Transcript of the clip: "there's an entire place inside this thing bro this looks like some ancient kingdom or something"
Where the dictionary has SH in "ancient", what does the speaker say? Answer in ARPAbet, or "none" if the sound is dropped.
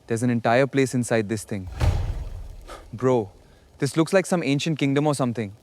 SH